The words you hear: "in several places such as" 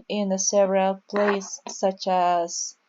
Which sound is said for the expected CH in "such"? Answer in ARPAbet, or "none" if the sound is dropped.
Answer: CH